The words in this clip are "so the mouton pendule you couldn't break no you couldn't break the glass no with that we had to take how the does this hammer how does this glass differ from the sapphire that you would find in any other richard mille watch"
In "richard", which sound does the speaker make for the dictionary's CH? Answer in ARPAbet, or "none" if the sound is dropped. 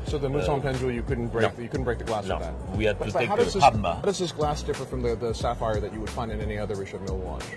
SH